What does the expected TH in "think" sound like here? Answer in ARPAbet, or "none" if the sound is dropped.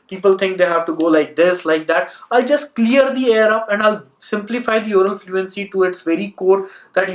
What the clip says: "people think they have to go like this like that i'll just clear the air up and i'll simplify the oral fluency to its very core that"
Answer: T